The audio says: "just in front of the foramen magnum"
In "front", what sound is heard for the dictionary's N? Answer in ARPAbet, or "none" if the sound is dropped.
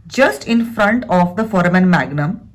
N